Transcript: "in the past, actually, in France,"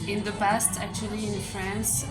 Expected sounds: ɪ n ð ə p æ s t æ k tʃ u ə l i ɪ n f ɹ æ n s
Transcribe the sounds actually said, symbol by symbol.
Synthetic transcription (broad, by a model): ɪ n ð ə p æ s t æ k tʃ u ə l i ɪ n f ɹ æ n s